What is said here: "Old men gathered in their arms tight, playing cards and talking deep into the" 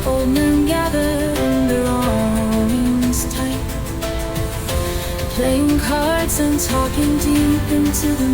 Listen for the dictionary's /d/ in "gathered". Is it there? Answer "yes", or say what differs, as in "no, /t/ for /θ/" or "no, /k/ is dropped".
no, /d/ is dropped